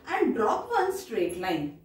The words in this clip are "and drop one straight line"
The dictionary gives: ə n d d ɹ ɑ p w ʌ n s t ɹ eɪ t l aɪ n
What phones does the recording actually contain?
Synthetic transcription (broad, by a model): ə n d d ɹ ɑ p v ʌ n s t ɹ eɪ t l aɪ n